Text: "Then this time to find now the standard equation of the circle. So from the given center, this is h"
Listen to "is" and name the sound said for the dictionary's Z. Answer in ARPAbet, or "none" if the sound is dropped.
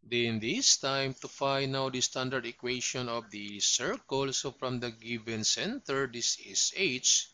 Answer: S